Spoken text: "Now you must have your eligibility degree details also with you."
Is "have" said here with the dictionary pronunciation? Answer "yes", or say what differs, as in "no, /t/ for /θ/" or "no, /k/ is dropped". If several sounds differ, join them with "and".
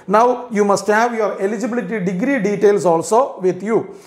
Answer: yes